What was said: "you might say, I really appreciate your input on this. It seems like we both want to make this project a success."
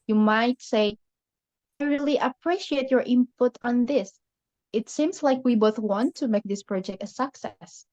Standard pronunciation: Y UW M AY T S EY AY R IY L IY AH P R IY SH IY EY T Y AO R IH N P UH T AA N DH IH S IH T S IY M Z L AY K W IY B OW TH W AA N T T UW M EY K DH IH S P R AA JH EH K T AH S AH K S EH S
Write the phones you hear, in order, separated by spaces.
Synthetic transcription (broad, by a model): Y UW M AY T S EY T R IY L IY AH P R IY SH IY EY T Y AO R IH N P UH T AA N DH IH S IH T S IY M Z L AY K W IY B OW TH W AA N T T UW M EY K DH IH S P R AA JH EH K T AH S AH K S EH S